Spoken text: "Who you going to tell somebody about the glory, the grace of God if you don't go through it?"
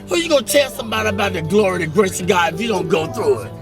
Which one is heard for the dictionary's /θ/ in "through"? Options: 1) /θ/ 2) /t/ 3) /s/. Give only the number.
1